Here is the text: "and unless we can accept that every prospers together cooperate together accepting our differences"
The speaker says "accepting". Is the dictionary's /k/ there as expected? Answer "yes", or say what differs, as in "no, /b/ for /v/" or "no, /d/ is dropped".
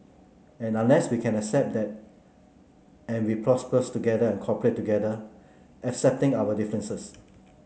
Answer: yes